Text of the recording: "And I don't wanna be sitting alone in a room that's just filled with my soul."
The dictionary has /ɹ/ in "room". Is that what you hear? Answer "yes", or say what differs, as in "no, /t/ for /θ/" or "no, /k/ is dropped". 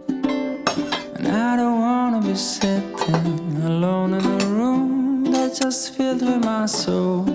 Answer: yes